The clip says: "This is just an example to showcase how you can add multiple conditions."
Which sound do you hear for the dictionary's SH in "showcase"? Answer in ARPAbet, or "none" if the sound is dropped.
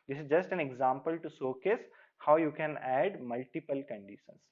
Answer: S